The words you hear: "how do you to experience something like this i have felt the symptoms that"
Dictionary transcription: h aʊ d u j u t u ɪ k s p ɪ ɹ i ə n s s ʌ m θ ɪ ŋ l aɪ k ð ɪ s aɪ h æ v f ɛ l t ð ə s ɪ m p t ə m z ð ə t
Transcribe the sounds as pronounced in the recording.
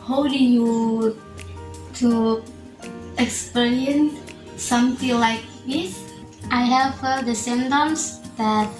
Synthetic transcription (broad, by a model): h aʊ d u j u t u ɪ k s p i ɹ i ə n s s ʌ m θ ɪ ŋ l aɪ k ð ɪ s aɪ h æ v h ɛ t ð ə s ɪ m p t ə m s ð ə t